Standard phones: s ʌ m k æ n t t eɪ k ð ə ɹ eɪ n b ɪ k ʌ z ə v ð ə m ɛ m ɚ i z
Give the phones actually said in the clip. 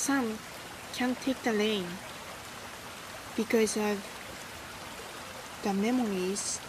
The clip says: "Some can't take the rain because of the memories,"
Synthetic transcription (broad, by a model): s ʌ m k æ n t t eɪ k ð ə l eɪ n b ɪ k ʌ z ə v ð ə m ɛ m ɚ i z